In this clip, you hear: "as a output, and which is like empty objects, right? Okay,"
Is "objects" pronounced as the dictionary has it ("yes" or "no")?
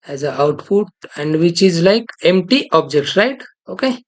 no